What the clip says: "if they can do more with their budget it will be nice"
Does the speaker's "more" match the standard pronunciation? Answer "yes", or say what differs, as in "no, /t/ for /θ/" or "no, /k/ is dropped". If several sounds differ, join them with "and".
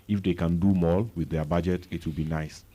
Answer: no, /l/ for /ɹ/